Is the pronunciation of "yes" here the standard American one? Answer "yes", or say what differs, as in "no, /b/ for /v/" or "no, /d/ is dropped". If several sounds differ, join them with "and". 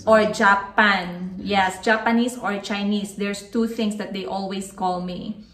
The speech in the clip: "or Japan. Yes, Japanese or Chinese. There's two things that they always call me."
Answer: yes